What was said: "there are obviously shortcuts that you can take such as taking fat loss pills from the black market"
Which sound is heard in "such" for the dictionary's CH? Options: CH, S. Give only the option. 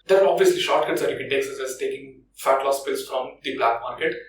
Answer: S